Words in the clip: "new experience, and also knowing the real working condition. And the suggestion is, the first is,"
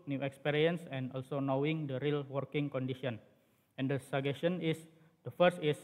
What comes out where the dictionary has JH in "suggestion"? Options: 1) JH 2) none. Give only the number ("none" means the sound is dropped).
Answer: 2